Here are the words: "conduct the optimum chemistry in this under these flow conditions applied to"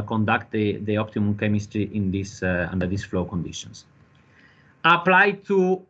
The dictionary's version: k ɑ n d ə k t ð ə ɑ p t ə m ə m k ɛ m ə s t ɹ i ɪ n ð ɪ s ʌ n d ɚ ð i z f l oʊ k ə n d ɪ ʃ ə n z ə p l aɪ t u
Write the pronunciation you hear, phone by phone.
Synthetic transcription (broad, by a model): k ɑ n d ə k t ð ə ɑ p t ə m ə m k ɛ m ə s t ɹ i ɪ n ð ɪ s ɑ n d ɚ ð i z f l oʊ k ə n d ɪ ʃ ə n s ə p l aɪ t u